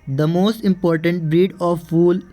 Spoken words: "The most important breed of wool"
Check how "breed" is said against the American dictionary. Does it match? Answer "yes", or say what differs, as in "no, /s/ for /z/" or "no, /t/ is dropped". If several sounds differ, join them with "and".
yes